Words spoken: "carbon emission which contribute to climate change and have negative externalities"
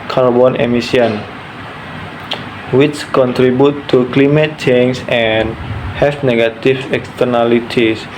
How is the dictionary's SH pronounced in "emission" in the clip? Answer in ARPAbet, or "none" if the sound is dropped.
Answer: S